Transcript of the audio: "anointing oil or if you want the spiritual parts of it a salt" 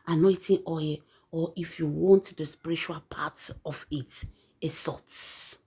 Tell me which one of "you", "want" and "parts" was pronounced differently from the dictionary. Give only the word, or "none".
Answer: parts